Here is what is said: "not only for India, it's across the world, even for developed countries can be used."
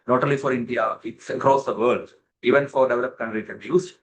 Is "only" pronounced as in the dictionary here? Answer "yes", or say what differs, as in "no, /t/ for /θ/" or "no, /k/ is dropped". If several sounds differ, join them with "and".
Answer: no, /n/ is dropped